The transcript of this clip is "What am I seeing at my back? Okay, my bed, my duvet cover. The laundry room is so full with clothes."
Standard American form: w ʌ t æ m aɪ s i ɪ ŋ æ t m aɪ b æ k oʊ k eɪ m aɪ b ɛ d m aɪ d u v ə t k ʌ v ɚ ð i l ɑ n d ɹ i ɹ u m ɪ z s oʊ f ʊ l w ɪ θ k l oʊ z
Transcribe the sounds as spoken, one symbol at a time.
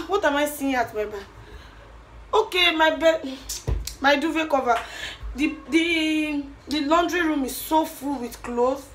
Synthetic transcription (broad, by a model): w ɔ t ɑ m aɪ s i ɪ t m aɪ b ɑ oʊ k eɪ m aɪ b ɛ m aɪ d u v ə k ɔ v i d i l ɑ n d ɹ i ɹ u m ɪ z s oʊ f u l w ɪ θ k l oʊ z